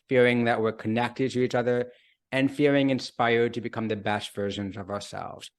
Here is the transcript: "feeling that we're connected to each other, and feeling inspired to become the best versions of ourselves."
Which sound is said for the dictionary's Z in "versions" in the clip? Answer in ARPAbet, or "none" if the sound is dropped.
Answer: Z